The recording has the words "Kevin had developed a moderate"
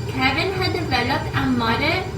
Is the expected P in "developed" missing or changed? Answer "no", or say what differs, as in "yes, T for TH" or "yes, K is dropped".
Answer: yes, P is dropped